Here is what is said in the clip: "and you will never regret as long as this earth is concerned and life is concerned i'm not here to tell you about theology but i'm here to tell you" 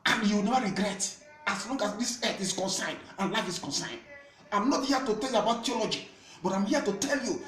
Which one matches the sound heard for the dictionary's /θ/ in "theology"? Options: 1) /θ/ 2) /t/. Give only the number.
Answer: 2